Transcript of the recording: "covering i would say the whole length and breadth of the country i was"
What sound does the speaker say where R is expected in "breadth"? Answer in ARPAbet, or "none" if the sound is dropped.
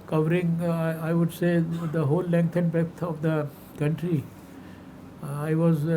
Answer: none